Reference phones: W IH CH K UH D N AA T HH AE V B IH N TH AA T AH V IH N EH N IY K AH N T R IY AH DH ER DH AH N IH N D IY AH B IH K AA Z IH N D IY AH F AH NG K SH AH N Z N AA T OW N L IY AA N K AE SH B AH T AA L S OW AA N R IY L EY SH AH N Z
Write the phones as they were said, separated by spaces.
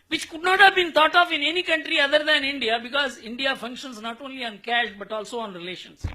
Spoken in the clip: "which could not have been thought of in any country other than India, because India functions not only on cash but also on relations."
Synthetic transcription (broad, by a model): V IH CH K UH D N AA T HH AE V B IH N T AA T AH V IH N EH N IY K AH N T R IY AH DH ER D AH N IH N D IY AH B IH K AA Z IH N D IY AH F AH NG K SH AH N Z N AA T OW N L IY AA N K AE SH B AH T AA L S OW AA N R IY L EY SH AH N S